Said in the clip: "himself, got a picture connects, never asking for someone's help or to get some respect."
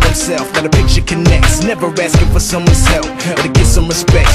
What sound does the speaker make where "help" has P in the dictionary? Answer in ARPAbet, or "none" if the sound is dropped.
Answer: F